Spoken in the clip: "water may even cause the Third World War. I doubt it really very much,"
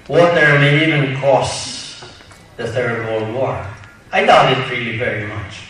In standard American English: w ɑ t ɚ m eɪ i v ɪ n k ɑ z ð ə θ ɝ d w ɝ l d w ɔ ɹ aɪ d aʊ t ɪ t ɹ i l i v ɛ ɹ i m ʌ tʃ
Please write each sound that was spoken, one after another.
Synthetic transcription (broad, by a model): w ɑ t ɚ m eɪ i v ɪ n k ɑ s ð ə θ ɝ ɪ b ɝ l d w ɔ ɹ aɪ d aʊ ɪ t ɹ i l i v ɛ ɹ i m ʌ tʃ